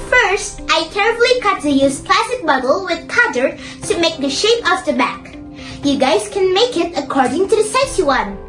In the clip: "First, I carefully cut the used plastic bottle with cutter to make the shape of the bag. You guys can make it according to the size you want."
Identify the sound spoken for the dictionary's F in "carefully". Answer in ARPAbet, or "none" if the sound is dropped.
none